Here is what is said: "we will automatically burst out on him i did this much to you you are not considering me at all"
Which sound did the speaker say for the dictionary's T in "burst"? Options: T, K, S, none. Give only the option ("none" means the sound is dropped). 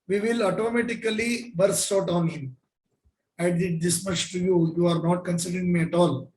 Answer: none